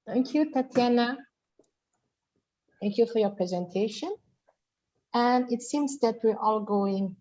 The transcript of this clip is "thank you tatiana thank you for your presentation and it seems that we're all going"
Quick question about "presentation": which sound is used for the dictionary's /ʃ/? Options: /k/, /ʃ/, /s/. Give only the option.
/ʃ/